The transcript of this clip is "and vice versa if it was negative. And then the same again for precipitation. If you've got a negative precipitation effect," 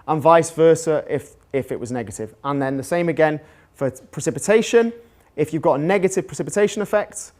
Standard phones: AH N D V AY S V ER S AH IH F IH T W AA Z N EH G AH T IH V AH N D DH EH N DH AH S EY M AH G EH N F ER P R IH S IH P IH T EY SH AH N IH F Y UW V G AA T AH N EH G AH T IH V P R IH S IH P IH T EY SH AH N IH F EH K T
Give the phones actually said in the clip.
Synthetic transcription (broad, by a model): AH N V AY S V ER S AH IH F IH T W AA Z N EH G AH T IH V AH N DH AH N DH AH S EY M AH G EH N F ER P R IH S IH P IH T EY SH AH N IH F Y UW V G AA T AH N EH G AH T IH V P R IH S IH P IH T EY SH AH N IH F EH K T